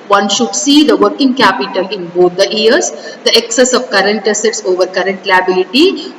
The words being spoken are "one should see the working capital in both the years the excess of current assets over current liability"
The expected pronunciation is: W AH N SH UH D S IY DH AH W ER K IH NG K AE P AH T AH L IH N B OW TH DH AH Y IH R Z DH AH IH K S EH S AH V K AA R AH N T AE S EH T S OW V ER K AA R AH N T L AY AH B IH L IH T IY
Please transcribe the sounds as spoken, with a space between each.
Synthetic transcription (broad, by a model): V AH N SH UH D S IY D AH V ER K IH NG K AE P AH T AH L IH N B OW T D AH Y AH R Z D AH IH K S EH S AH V K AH R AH N T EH S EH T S OW V ER K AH R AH N T L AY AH B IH L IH T IY